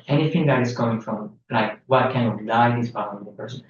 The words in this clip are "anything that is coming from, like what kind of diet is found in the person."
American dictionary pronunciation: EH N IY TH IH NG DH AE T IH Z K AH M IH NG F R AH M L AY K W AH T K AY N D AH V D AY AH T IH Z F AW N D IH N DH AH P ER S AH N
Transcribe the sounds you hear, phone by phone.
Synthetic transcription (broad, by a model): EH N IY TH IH NG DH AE T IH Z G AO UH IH NG F R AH M L AY K W AH T K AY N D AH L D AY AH IH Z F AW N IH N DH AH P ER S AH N